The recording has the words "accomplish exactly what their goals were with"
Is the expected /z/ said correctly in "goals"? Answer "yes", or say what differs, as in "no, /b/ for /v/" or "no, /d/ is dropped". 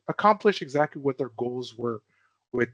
yes